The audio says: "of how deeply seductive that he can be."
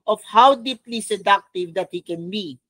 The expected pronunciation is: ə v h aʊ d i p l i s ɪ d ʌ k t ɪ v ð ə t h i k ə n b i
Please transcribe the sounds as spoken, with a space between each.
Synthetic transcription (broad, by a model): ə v h aʊ d i p l i s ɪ d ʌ k t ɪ v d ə t h i k ə n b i